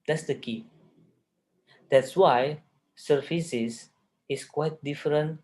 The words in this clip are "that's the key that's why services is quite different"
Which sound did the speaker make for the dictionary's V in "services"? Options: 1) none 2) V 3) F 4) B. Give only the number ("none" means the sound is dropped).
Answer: 3